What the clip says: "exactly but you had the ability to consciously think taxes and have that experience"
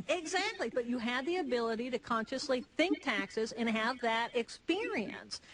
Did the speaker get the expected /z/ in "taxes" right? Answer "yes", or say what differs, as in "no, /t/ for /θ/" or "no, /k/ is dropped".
yes